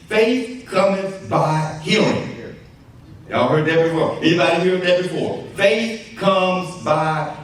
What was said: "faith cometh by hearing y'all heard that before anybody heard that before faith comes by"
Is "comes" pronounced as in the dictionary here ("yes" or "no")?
yes